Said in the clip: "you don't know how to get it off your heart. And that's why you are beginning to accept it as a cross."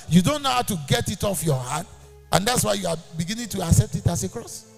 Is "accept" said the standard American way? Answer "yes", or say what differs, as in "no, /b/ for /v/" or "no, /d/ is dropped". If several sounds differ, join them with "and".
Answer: yes